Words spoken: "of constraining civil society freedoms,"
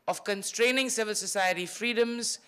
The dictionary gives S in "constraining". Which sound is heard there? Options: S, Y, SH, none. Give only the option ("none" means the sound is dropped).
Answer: S